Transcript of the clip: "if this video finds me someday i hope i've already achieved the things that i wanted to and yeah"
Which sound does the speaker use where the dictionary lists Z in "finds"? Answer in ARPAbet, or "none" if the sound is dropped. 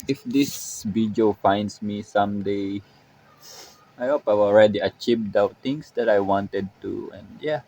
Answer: S